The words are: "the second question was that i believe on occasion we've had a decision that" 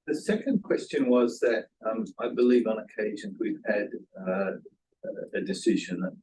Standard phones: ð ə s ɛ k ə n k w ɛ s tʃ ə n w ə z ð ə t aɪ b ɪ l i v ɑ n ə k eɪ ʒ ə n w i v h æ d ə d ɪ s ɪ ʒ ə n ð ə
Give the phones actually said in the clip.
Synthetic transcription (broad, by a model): ð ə s ɛ k ə n k w ɛ s tʃ ə n w ə z ð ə t aɪ b ɪ l i v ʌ n ə k eɪ ʒ ə n w i v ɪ d ə d ɪ s ɪ ʒ ə n